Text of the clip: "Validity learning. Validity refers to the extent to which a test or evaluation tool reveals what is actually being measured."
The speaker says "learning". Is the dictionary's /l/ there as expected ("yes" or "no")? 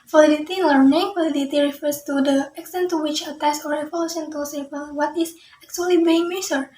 no